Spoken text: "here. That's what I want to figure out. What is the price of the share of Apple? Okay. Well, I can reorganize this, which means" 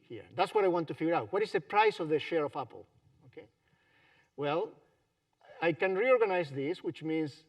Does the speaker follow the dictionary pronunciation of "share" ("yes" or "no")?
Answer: yes